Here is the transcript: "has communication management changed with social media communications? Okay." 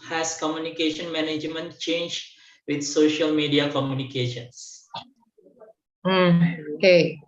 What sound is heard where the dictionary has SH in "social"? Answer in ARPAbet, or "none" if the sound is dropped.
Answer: SH